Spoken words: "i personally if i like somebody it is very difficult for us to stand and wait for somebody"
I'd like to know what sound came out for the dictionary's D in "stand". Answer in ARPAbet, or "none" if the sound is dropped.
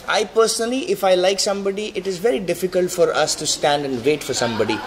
D